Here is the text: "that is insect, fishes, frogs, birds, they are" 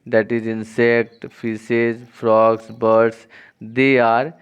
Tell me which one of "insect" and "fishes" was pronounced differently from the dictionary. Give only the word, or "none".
fishes